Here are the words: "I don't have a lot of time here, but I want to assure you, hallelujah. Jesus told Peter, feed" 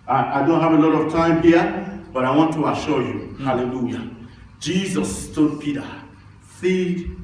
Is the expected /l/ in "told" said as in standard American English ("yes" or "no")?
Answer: no